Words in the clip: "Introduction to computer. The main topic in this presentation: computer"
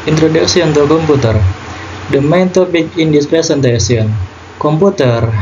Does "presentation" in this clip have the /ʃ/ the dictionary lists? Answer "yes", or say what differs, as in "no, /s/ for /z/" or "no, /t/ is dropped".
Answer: no, /s/ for /ʃ/